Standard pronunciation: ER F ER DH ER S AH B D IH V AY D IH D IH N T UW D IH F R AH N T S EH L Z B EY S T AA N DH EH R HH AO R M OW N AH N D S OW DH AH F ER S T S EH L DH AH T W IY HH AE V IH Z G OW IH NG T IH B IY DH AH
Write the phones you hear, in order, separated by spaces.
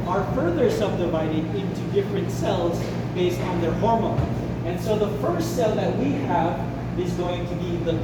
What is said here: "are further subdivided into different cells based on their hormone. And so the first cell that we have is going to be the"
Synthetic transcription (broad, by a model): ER F ER DH ER S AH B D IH V AY D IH D IH N T UW D IH F R AH N T S EH L Z B EY S T N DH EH R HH AO R M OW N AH N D S OW DH AH F ER S T S EH L DH AH T W IY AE V IH Z G OW IH NG T IH B IY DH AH